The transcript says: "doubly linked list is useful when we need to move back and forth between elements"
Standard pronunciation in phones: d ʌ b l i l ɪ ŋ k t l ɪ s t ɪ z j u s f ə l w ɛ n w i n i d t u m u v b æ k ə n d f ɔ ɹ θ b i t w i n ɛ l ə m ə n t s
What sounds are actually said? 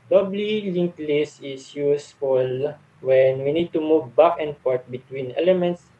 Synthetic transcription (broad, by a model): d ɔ b l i l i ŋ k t l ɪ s ɪ s j u s f ə l w ɛ n w i n i d t u m u v b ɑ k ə n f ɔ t b i t w i n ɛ l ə m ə n t s